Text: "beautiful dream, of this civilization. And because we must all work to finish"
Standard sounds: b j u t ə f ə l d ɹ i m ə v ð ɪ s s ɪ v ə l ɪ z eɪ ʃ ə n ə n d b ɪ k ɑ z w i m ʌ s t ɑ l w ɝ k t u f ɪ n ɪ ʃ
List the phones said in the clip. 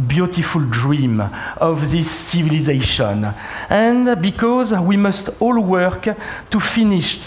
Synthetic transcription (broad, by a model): b j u t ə f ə l d ɹ i m ə v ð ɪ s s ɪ v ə l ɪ z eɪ ʃ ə n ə n b ɪ k ɑ z w i m ʌ s t ɑ l w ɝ k t u f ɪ n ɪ ʃ